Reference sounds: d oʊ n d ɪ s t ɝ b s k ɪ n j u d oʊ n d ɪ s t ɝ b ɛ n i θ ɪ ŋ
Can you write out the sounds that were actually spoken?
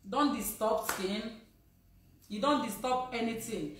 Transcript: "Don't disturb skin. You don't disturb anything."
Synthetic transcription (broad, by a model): d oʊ n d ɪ s t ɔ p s ɪ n j u d oʊ n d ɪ s t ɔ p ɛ n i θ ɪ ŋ